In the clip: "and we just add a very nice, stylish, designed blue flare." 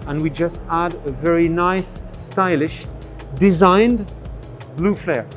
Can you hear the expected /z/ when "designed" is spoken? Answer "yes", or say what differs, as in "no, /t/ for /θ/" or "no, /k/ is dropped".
yes